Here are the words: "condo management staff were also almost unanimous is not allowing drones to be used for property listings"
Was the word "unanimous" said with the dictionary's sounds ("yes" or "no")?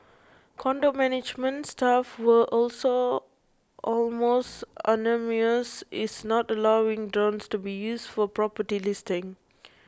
no